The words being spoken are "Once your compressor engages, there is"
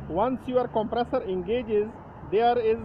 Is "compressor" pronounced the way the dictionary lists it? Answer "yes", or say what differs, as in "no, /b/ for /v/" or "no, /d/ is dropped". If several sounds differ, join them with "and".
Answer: yes